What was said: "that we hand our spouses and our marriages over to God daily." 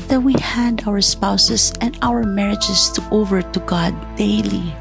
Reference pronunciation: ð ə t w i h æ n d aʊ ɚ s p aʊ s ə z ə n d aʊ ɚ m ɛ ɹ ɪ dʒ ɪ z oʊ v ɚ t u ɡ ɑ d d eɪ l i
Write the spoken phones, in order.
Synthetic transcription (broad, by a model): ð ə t w i h æ n d aʊ ɚ s p aʊ s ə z ə n d aʊ ɚ m ɛ ɹ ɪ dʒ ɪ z oʊ v ɚ t u ɡ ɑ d d eɪ l i